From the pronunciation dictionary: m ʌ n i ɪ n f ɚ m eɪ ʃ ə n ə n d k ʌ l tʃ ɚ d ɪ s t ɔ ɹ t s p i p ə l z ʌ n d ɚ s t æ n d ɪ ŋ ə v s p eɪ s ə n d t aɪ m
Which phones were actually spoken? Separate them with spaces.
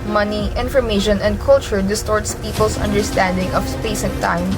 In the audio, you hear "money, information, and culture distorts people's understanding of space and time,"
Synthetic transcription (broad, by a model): m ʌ n i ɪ n f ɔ m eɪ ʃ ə n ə n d k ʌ l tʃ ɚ d ɪ s t ɔ ɹ t s p i p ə l s ʌ n d ɚ s t æ n d ɪ ŋ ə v s p eɪ s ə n t aɪ m